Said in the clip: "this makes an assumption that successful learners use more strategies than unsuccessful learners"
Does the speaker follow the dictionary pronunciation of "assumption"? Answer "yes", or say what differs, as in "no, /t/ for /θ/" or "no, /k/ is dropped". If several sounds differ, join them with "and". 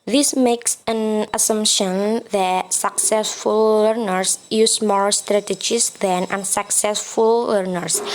yes